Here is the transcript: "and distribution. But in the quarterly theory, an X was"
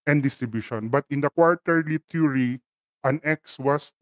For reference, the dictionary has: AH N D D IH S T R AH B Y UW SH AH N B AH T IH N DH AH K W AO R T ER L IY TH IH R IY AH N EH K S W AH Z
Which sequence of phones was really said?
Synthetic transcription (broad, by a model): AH N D D IH S T R AH B Y UW SH AH N B AH T IH N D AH K W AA R T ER L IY T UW R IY AH N EH K S W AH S